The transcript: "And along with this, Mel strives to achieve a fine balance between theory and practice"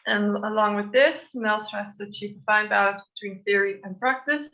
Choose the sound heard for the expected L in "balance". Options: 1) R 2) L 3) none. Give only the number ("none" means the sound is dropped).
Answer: 3